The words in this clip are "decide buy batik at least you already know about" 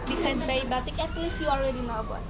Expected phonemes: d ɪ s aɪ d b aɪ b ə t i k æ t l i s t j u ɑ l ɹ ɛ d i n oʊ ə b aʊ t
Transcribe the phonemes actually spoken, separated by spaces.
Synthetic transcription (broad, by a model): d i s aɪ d b aɪ b ə t i k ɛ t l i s j u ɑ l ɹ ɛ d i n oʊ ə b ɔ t